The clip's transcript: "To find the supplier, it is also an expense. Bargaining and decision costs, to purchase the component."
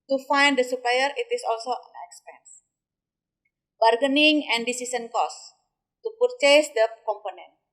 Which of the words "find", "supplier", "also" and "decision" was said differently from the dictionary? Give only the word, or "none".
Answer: decision